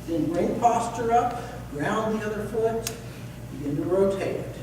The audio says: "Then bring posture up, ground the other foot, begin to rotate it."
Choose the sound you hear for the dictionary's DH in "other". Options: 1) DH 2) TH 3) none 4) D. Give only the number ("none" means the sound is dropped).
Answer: 1